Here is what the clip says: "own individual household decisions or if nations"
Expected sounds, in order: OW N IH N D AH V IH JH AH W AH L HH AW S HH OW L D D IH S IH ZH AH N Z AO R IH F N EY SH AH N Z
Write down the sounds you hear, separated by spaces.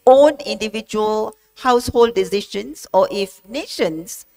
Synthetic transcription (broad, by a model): OW N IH N D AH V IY JH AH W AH L HH AW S HH OW L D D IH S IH SH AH N S AO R IH F N EY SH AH N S